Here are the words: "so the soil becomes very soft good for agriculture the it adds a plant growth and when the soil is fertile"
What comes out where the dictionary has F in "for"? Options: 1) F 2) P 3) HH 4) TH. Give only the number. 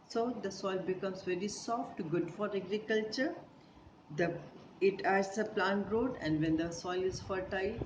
1